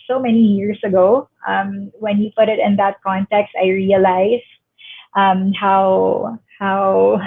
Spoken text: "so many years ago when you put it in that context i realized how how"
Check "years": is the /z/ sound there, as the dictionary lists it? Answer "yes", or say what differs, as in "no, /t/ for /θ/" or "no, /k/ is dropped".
no, /s/ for /z/